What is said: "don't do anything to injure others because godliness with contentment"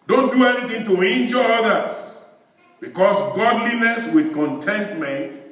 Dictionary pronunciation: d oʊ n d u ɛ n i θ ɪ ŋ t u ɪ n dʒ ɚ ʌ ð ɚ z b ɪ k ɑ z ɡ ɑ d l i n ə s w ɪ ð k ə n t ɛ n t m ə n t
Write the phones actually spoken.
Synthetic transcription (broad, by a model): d oʊ n d u ɛ n i θ ɪ ŋ t u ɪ n dʒ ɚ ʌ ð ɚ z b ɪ k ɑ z ɡ ɑ d l i n ə s w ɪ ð k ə n t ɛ n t m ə n t